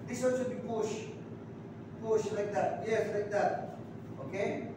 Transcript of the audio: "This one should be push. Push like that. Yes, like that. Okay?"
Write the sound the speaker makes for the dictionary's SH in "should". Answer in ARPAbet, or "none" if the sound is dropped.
S